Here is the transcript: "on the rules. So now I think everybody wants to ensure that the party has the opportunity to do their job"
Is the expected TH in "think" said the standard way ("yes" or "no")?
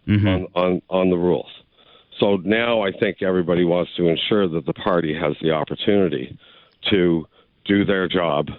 yes